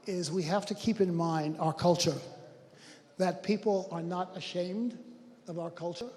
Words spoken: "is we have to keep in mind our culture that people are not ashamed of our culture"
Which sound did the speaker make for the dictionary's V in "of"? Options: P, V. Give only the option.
V